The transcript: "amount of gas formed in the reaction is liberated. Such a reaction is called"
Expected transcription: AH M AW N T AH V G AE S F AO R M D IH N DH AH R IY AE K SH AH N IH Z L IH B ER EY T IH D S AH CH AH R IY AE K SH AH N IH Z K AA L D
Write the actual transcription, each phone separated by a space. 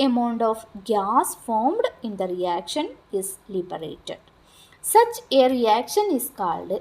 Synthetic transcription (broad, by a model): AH M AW N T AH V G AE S F AO R M D IH N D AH R IY AE K SH AH N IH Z L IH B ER EY T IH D S AH CH AH R IY AE K SH AH N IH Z K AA L D